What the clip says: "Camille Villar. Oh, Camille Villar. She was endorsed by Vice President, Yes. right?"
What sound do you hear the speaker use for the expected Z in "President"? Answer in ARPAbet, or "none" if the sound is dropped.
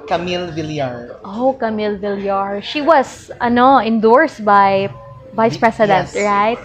S